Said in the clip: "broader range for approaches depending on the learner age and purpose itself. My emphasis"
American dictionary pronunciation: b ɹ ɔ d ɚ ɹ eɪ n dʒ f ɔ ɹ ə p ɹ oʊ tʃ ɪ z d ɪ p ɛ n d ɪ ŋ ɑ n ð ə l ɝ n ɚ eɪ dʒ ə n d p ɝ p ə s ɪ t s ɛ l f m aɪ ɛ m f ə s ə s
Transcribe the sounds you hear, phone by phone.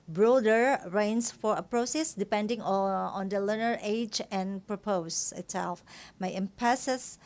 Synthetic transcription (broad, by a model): b ɹ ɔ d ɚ ɹ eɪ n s f ɔ ɹ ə p ɹ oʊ s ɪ s d ɪ p ɛ n d ɪ ŋ ɑ n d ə l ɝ n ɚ eɪ dʒ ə n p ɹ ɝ p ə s ɪ t s ɛ l f m aɪ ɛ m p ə s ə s